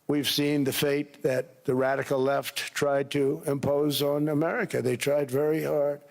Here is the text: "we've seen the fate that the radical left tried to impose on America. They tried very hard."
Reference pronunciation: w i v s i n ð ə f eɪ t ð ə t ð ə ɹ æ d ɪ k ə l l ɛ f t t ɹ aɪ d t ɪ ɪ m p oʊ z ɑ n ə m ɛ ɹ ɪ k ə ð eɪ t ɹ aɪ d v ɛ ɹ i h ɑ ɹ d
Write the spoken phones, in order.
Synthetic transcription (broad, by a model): w i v s i n ð ə f eɪ t ð ə t ð ə ɹ æ d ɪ k l l ɛ f t t ɹ aɪ d t ɪ ɪ m p oʊ z n ə m ɛ ɹ ɪ k ə ð eɪ t ɹ aɪ d v ɛ ɹ i h ɑ ɹ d